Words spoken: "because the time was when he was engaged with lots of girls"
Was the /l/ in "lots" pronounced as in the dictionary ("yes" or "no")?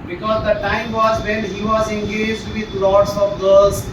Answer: yes